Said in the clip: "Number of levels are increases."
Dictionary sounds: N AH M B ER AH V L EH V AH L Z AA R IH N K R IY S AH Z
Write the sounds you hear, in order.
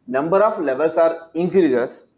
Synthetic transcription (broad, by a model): N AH M B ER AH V L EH V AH L S AA R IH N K R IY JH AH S